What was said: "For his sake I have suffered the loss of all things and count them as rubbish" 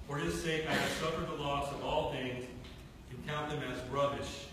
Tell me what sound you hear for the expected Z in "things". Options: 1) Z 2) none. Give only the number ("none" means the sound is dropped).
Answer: 1